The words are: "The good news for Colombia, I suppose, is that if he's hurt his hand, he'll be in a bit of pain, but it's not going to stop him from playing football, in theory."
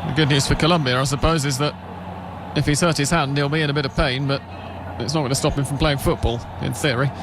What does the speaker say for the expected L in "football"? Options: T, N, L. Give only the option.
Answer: L